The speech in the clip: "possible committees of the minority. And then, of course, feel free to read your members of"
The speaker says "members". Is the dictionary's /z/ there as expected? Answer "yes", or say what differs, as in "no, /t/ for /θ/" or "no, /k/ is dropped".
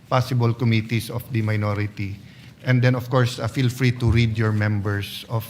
no, /s/ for /z/